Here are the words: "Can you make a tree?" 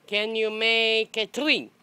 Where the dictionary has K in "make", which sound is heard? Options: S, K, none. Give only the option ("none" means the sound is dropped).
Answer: K